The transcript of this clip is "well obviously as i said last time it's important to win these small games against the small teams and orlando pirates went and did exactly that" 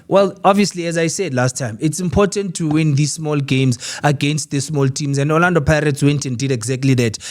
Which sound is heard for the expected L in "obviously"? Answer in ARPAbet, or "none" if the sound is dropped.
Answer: L